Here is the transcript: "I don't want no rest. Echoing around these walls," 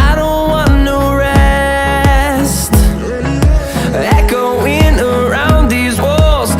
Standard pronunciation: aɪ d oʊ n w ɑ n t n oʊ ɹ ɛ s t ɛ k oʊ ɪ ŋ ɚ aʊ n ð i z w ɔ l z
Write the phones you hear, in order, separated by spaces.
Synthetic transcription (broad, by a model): aɪ d oʊ n w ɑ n n oʊ ɹ ɛ s t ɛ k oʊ ɪ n ɚ aʊ n ð i z w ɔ l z